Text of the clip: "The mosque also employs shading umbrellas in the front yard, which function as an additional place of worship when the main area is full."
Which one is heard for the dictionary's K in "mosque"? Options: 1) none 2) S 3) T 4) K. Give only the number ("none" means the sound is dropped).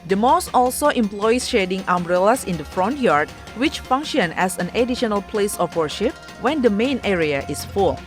1